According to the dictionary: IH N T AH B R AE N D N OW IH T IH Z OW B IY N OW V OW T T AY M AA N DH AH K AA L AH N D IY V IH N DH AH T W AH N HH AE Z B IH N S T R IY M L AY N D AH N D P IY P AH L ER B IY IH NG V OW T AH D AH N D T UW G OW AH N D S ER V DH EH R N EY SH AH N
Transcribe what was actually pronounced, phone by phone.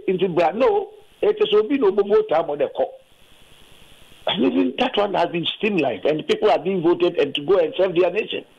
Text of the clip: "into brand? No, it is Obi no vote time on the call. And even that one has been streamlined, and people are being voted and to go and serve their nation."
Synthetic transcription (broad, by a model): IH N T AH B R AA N N OW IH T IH S OW B IY N OW B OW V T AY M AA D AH K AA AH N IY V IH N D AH T W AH N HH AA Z B IH N S T IY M L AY D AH N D P IY P AH L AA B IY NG V OW T AH D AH N T UW G OW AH N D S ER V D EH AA N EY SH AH N